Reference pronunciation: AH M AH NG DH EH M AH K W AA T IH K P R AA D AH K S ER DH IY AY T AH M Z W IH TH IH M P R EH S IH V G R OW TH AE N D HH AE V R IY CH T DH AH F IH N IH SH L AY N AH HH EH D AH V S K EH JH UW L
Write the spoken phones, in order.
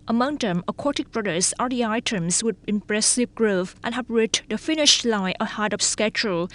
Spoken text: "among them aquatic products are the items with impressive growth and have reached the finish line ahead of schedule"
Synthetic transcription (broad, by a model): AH M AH NG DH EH M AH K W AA T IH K B R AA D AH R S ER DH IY AY T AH M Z W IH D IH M P R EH S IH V G R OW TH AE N HH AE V R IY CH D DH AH F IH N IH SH L AY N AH HH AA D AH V S K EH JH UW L